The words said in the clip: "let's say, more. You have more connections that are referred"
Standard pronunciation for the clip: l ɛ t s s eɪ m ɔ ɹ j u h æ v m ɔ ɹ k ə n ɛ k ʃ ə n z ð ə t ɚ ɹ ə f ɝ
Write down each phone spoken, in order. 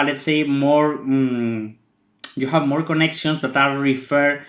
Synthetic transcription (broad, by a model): l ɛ t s s eɪ m ɔ ɹ j u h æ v m ɔ ɹ k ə n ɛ k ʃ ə n s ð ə t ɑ ɹ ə f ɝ